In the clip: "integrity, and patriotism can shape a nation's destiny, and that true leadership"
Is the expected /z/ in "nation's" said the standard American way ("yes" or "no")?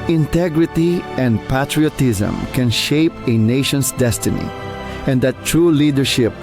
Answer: no